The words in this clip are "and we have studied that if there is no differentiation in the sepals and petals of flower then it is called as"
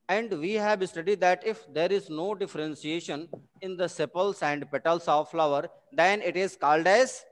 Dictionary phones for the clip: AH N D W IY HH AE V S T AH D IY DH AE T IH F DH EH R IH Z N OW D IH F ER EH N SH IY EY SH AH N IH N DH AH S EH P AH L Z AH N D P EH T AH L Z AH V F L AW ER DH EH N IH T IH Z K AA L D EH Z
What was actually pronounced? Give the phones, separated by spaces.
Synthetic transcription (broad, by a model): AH N D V IY HH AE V S T AH D IY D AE T IH F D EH R IH Z N OW D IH F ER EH N S IY EY SH AH N IH N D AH S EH P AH L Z AH N D P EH T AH L S AH V F L AW ER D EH N IH T IH Z K AA L D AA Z